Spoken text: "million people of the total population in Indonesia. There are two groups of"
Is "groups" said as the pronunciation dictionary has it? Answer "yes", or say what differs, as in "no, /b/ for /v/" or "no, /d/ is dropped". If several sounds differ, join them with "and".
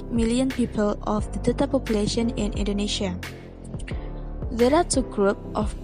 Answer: no, /s/ is dropped